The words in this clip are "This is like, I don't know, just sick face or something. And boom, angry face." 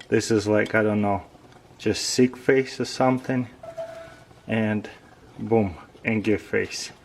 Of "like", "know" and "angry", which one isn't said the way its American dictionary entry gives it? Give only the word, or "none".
angry